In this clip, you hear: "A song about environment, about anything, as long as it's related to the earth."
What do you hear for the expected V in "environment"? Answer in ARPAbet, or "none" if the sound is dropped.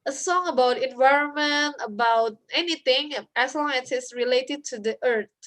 V